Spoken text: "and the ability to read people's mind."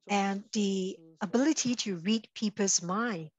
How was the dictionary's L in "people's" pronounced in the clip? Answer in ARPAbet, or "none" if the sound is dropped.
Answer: none